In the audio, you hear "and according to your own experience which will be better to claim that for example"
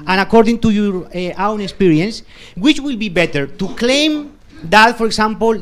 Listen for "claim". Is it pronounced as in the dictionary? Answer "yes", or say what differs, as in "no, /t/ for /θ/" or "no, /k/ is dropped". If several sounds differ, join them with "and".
yes